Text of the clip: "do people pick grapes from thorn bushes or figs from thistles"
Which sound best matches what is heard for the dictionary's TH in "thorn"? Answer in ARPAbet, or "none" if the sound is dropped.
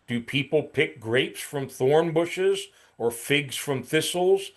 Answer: TH